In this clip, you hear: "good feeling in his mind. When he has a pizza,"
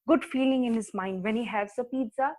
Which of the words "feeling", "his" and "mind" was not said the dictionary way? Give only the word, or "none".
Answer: none